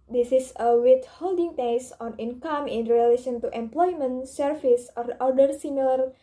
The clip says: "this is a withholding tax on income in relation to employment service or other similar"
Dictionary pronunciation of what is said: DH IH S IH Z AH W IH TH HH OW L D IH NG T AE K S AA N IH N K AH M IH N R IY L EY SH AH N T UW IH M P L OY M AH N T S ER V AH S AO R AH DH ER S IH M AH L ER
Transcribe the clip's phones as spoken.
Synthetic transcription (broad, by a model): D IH S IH S AH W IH T HH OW L D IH NG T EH S AA N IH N K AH M IH N R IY L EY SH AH N T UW IH M P L OY M AH N T S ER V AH S AO R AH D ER S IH M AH L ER